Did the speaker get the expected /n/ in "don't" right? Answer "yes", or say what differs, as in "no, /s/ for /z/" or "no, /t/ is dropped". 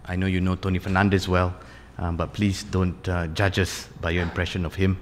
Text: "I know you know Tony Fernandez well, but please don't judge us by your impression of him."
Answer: yes